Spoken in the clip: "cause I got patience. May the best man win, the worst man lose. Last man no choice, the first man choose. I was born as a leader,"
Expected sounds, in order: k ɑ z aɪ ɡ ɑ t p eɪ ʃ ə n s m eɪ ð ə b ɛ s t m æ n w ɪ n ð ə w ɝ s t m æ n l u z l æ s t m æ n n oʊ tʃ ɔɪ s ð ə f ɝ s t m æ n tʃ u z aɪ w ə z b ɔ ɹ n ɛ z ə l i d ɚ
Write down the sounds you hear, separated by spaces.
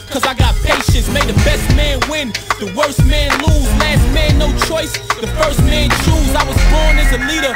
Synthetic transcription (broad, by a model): k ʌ z aɪ ɡ ɑ t p eɪ ʃ ə n s m eɪ ð ə b ɛ s t m æ n w ɪ n ð ə w ɝ s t m æ n l u z l æ s t m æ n n oʊ tʃ ɔɪ s ð ə f ɝ s t m æ n tʃ u z aɪ w ə z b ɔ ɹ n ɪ z ə l i d ɚ